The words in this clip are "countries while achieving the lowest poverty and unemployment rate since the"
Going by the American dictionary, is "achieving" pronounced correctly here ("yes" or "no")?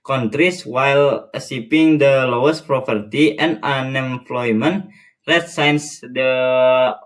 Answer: no